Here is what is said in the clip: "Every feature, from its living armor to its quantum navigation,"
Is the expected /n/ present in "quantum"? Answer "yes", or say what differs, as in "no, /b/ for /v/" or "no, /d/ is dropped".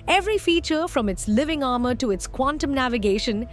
yes